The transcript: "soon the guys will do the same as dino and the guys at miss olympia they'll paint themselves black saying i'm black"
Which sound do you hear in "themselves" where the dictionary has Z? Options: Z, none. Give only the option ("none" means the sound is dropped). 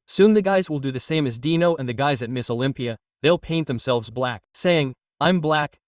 Z